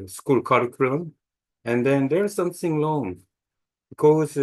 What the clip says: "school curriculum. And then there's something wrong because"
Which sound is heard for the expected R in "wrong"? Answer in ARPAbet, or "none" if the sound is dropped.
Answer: L